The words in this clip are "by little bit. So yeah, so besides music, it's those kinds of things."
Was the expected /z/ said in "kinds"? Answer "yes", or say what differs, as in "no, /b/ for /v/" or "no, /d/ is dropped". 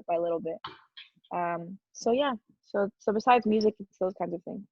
yes